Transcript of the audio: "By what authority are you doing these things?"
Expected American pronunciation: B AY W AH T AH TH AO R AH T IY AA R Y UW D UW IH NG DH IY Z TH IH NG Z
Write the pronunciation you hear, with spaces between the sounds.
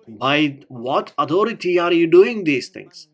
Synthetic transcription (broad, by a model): B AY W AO T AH T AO R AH T IY AA R Y UW D UW IH NG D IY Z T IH NG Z